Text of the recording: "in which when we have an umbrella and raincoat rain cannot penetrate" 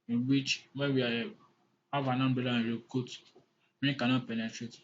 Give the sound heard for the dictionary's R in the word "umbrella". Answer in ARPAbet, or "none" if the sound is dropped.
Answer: none